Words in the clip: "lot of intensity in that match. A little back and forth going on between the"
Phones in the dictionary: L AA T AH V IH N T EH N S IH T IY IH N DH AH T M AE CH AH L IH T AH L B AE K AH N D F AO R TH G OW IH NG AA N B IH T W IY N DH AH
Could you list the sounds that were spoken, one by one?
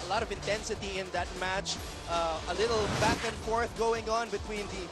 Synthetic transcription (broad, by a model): L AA T AH V IH N T EH N S IH T IY IH N DH AH T M AE CH AH L IH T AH L B AE K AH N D F AO R TH G OW IH NG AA N B IH T W IY N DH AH